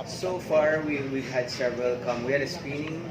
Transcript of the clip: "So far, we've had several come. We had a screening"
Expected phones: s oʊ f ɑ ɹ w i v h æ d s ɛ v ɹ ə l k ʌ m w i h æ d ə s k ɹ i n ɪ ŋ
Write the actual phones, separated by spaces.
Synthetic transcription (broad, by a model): s oʊ f ɑ ɹ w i w h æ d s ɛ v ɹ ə l k ʌ m w i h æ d ə s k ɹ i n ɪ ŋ